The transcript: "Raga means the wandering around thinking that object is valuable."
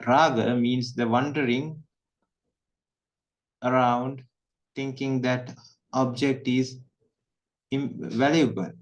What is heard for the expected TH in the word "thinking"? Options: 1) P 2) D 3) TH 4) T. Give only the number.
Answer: 4